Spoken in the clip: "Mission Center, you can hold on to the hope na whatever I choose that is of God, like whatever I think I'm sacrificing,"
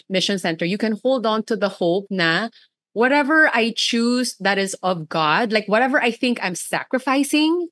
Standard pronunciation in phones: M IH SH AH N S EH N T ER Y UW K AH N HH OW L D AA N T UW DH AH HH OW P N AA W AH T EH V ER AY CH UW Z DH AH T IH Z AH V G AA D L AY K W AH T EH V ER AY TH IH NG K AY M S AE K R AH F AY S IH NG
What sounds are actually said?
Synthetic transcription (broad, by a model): M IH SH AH N S EH N T ER Y UW K AH N HH OW L D AA N T UW DH AH HH OW P N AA W AH T EH V ER AY CH UW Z DH AH T IH Z AH V G AA D L AY K W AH T EH V ER AY TH IH NG K AY M S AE K R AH F AY S IH NG